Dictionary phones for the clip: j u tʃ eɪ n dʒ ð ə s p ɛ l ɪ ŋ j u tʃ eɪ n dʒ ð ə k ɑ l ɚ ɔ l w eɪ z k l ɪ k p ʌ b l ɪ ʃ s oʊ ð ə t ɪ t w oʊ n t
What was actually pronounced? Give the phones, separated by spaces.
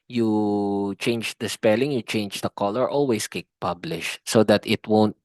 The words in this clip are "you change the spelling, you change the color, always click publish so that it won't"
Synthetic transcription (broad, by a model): j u tʃ eɪ n dʒ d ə s p ɛ l ɪ ŋ j u tʃ eɪ n dʒ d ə k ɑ l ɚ ɔ l w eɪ s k ɪ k p ʌ b l ɪ ʃ s oʊ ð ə t ɪ t w oʊ n t